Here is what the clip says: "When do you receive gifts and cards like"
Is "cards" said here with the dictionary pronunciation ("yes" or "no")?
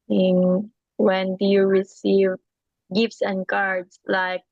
no